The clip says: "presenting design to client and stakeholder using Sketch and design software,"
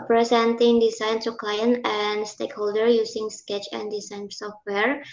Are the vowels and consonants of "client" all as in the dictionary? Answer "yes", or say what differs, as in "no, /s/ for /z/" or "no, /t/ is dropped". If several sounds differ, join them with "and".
no, /t/ is dropped